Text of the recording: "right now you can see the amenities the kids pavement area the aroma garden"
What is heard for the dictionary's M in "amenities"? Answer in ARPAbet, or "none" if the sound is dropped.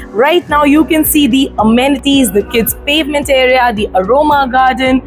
M